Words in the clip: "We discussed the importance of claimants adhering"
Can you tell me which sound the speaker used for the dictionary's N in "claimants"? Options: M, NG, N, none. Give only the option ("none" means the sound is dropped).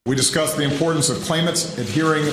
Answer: none